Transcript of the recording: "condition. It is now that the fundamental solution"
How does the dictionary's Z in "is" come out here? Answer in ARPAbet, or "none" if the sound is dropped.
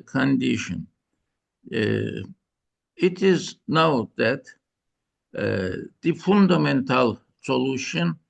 Z